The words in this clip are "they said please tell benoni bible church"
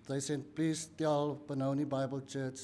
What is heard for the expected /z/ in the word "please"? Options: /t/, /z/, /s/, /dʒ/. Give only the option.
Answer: /s/